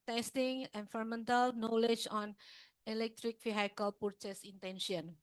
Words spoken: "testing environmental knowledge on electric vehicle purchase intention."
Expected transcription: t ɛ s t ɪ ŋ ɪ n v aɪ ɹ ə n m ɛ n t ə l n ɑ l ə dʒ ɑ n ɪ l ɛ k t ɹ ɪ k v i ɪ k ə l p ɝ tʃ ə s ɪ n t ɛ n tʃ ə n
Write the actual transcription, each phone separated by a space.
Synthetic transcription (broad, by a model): t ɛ s t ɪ ŋ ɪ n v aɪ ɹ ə m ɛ n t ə l n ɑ l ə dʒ ɑ n ɪ l ɛ k t ɹ ɪ k f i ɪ k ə l p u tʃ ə s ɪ n t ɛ n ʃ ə n